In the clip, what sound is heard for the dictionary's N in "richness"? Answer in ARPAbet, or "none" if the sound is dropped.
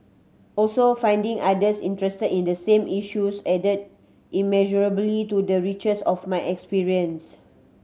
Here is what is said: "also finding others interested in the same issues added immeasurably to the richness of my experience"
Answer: none